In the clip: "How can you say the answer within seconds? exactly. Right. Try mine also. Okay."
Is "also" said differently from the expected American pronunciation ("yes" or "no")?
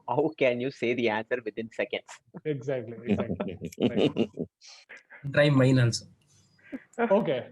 yes